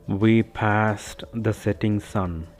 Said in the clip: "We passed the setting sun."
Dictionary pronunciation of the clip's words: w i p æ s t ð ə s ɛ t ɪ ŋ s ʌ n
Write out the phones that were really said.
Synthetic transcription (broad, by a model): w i p æ s t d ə s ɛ t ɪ ŋ s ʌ n